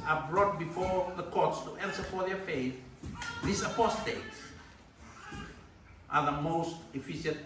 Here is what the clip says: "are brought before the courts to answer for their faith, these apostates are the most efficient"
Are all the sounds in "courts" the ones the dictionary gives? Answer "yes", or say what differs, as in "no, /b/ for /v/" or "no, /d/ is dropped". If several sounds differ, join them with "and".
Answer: yes